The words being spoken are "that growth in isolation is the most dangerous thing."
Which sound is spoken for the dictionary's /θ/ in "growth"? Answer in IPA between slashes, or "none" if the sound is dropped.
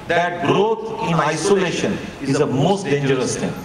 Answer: /t/